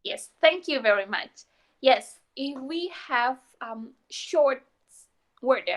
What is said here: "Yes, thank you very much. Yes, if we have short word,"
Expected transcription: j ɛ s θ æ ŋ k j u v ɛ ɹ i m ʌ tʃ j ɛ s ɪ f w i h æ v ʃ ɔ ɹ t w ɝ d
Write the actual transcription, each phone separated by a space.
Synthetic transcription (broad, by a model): j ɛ s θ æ ŋ k j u v ɛ ɹ i m ʌ tʃ j ɛ s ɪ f w i h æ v ʃ ɔ ɹ t w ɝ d